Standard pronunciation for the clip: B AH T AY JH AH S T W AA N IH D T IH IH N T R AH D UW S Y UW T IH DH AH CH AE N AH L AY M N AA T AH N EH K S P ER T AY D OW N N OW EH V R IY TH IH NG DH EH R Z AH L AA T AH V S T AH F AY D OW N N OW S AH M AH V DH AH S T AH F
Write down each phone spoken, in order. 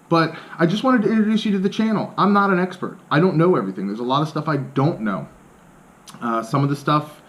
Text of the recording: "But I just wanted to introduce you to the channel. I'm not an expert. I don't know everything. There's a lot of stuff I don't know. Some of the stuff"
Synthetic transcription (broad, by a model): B AH T AY JH AH S T W AA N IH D T IH IH N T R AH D UW S Y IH T IH DH AH CH AE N L AY M N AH T AH N EH K S P ER T AY D OW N N OW EH V R IY TH IH NG DH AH R Z AH L AA T AH V S T AH F AY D OW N N OW S AH M AH V DH AH S T AH F